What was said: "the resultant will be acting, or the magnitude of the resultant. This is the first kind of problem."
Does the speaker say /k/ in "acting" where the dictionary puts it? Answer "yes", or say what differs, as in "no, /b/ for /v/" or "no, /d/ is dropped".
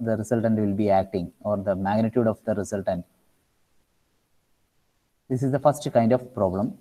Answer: yes